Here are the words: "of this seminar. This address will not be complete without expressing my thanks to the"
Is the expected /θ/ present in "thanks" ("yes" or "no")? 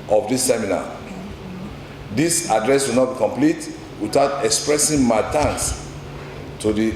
no